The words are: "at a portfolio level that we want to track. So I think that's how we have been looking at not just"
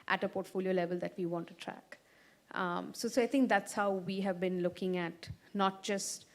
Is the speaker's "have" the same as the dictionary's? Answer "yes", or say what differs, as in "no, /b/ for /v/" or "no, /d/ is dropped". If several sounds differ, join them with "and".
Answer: yes